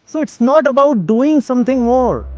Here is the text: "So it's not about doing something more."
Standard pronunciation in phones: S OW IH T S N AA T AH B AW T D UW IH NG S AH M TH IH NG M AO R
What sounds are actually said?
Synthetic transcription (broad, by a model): S OW IH T S N AA T AH B AW T D UW IH NG S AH M T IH NG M AO R